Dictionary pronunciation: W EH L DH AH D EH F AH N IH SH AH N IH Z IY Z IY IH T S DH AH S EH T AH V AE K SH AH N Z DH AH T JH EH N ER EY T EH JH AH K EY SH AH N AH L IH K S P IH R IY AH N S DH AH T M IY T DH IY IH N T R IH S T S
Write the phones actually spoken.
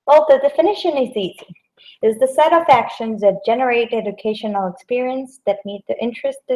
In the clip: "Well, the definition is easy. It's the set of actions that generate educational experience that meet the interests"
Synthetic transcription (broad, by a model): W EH L DH AH D EH F AH N IH SH AH N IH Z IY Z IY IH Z DH AH S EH T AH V AE K SH AH N Z DH AH T JH EH N ER EY T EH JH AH K EY SH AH N L IH K S P IH R IY AH N S DH AH T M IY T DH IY IH N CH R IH S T